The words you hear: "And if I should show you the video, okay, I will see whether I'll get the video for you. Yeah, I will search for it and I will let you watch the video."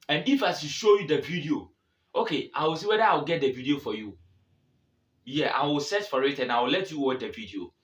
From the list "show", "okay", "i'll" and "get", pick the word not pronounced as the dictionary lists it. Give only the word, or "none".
i'll